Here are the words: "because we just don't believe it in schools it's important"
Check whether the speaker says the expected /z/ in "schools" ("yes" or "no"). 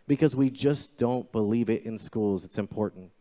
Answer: yes